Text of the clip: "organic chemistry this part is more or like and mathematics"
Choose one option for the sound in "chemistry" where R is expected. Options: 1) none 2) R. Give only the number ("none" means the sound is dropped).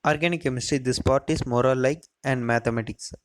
1